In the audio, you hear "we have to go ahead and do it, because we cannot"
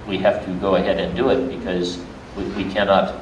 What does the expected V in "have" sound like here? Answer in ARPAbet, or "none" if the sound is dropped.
F